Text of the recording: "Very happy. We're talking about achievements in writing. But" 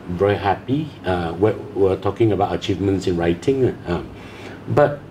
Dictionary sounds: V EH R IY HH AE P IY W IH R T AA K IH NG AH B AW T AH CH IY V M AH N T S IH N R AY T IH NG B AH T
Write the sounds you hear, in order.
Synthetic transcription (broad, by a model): V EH R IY HH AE P IY W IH W T AA K IH NG AH B AW T AH CH IY V M AH N T S IH N R AY T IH NG B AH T